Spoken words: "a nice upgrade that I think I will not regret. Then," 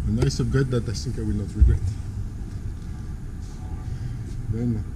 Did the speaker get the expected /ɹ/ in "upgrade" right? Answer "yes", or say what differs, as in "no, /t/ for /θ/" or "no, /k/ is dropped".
no, /ɹ/ is dropped